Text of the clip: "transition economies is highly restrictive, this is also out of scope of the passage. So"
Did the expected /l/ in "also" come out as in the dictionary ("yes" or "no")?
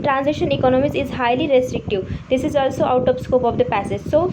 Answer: yes